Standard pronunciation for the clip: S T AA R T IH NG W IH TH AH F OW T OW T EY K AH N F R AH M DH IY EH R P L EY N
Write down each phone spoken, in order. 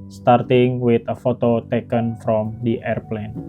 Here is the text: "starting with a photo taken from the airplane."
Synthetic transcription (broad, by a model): S T AA R T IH NG W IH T AH F OW T OW T EY K AH N F R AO M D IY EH R P L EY N